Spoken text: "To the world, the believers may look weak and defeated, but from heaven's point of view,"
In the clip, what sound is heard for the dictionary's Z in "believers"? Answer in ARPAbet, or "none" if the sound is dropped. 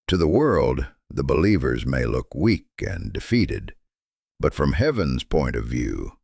Z